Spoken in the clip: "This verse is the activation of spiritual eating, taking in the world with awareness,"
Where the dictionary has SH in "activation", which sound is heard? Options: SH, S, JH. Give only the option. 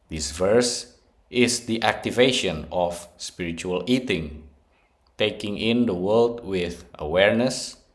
SH